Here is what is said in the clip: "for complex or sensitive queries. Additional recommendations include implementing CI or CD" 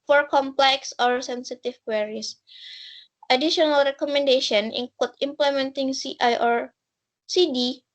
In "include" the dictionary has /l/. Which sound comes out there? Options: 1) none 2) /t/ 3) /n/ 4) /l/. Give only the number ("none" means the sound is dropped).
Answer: 1